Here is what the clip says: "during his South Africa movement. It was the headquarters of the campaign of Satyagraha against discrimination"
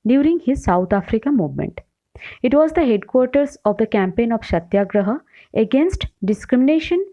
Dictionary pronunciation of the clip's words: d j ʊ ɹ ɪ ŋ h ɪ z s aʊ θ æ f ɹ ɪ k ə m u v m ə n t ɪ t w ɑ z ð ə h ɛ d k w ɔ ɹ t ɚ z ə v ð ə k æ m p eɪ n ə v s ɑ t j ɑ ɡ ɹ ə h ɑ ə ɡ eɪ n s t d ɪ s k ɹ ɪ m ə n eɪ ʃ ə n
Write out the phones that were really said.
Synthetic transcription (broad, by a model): d j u ɹ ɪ ŋ h ɪ z s aʊ t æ f ɹ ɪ k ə m u v m ə n t ɪ t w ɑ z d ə h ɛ d k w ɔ ɹ t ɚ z ə v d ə k æ m p eɪ n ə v ʃ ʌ t j ɑ ɡ ɹ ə h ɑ ə ɡ eɪ n s t d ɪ s k ɹ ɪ m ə n eɪ ʃ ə n